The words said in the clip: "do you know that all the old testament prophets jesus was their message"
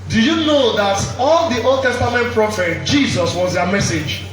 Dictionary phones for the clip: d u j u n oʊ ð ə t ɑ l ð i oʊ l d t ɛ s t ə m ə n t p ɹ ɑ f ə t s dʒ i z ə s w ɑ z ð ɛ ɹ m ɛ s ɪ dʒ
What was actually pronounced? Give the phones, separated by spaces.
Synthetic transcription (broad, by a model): d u j u n oʊ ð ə t ɑ l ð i oʊ l d t ɛ s t ə m ə n t p ɹ ɑ f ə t dʒ i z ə s w ɑ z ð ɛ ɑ m ɛ s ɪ dʒ